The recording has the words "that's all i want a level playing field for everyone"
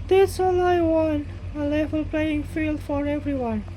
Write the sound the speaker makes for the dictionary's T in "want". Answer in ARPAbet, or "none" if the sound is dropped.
none